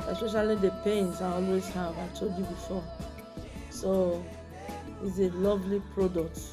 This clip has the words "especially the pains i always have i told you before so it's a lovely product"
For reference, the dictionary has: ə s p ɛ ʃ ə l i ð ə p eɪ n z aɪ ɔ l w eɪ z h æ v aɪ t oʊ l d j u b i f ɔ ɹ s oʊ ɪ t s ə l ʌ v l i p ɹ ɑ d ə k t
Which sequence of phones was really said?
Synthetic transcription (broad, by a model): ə s p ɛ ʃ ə l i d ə p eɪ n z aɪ ɔ l w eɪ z h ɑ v aɪ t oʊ d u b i f ɔ s oʊ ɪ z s ə l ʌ v l i p ɹ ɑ d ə k t